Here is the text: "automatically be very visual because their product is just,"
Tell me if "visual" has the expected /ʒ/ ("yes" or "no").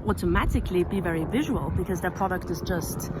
yes